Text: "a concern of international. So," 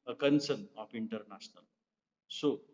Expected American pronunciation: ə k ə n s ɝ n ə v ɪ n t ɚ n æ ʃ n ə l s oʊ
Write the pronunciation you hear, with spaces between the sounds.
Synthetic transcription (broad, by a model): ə k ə n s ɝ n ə p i n t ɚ n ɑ s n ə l s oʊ